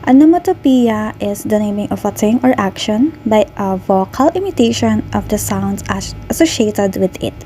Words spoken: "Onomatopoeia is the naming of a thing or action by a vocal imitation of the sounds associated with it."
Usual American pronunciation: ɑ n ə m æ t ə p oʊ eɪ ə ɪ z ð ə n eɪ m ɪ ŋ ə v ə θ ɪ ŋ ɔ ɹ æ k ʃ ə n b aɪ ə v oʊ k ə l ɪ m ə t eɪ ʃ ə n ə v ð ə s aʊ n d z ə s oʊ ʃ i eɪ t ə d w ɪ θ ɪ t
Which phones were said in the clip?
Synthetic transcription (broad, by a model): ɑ n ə m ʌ t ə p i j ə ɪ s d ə n eɪ m ɪ ŋ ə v ə t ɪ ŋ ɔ ɹ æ k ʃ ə n b aɪ ə v oʊ k ə l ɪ m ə t eɪ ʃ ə n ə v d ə s aʊ n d s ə s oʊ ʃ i eɪ t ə d w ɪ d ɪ t